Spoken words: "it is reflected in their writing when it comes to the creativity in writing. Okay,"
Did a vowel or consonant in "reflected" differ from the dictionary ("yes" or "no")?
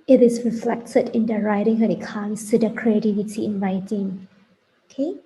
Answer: no